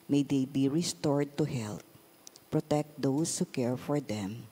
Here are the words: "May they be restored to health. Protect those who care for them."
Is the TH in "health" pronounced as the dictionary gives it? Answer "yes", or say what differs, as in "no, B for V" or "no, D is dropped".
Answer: no, T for TH